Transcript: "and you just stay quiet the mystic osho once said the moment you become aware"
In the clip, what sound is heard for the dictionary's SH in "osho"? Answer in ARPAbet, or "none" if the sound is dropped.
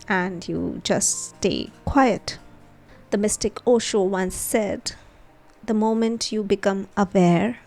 SH